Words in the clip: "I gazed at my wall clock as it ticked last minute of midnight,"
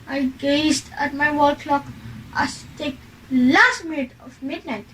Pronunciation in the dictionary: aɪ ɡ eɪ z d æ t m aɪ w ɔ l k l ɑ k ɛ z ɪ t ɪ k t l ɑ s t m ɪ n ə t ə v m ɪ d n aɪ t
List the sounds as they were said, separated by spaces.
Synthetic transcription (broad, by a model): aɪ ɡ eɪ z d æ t m aɪ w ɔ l k l ɑ k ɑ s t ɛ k l ɑ s t m ɪ n ə t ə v m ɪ d n aɪ t